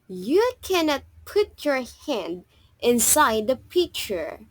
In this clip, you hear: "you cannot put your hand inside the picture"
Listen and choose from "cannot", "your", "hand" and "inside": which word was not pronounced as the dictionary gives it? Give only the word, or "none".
none